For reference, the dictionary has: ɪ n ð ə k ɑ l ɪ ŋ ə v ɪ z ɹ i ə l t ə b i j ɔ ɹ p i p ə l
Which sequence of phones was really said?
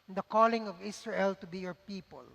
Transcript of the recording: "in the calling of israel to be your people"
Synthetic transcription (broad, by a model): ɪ n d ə k ɑ l ɪ ŋ ə v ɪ s ɹ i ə l t ə b i j ɔ ɹ p i p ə l